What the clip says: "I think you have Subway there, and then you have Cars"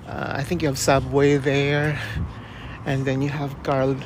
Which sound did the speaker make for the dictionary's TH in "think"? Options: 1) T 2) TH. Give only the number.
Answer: 2